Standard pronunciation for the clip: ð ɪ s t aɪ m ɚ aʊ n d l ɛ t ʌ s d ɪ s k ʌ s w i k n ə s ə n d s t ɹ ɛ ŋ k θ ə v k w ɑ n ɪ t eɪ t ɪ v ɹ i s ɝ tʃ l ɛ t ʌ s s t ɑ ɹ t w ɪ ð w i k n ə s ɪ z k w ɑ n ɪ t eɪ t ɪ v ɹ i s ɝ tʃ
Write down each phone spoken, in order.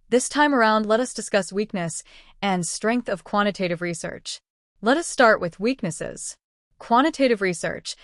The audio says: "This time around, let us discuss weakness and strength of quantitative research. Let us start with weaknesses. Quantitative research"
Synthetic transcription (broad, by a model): ð ɪ s t aɪ m ɚ aʊ n d l ɛ t ʌ s d ɪ s k ʌ s w i k n ə s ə n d s t ɹ ɛ ŋ k θ ə v k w ɑ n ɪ t eɪ t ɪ v ɹ i s ɝ tʃ l ɛ t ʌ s s t ɑ ɹ t w ɪ ð w i k n ə s ɪ z k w ɑ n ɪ t eɪ t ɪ v ɹ i s ɝ tʃ